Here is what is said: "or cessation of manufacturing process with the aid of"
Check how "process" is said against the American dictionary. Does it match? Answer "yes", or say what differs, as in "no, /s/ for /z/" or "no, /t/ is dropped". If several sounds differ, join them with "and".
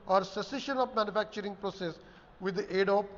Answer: yes